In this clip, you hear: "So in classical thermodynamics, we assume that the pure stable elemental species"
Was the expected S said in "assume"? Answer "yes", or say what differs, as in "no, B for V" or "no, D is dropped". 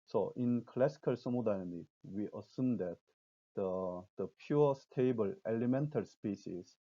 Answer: yes